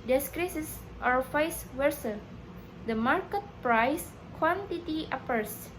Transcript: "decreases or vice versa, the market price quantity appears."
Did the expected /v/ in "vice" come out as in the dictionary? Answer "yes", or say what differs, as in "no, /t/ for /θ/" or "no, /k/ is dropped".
no, /f/ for /v/